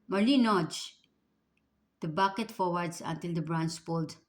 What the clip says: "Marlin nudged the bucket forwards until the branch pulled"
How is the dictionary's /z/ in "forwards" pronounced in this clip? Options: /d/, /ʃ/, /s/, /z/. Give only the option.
/s/